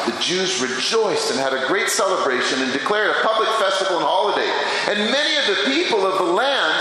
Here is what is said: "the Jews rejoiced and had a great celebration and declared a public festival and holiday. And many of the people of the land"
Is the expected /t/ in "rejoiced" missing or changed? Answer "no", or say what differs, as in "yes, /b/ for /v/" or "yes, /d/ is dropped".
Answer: no